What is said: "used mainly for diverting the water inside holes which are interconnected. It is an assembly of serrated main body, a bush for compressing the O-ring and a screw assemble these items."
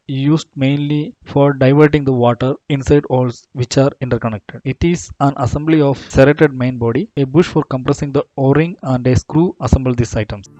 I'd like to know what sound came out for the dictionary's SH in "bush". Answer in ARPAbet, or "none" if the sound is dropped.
SH